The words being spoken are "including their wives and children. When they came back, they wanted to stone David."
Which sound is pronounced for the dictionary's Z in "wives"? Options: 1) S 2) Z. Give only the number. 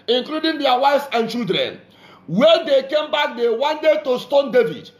1